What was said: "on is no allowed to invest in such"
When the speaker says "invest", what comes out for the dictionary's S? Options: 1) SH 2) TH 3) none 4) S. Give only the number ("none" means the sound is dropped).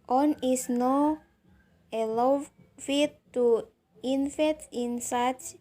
3